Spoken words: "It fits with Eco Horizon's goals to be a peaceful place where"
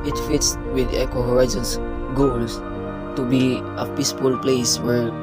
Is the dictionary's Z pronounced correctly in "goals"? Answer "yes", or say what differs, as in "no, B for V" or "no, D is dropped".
no, S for Z